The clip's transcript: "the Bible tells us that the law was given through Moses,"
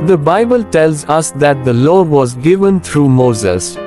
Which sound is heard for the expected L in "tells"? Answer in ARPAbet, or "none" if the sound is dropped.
L